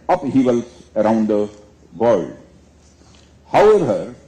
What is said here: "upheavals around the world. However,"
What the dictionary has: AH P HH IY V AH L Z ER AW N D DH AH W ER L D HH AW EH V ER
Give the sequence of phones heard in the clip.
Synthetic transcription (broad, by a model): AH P HH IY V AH L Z ER AW N D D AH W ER D HH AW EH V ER